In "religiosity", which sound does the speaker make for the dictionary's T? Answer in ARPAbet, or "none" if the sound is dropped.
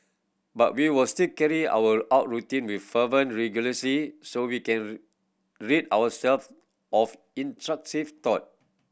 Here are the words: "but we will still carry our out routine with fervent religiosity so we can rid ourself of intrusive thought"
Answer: S